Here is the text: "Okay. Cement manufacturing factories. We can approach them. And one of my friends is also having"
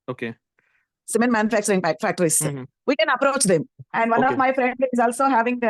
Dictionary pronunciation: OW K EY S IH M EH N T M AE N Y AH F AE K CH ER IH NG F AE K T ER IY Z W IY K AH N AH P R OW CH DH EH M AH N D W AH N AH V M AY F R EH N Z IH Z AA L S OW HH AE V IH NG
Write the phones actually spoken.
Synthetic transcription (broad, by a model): OW K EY S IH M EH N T M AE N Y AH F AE K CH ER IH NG P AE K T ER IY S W IY K AH N AH P R OW CH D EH M AH N D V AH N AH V M AY F R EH N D IH Z AA L S OW HH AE V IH NG